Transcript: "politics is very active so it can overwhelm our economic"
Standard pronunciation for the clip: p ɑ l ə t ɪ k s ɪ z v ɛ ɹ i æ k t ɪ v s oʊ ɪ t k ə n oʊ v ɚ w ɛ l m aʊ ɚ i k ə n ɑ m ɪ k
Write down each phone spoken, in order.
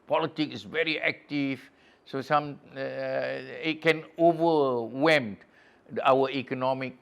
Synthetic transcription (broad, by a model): p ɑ l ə t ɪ k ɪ s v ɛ ɹ i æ k t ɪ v s oʊ ɪ t k ə n oʊ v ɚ w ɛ m aʊ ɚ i k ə n ɑ m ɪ k